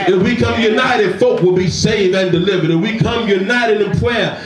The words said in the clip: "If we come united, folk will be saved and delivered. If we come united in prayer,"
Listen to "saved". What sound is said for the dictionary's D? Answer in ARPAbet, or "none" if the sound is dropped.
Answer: none